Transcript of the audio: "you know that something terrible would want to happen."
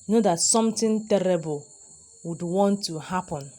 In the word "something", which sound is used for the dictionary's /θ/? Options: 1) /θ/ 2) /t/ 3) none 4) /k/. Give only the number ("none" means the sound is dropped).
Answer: 2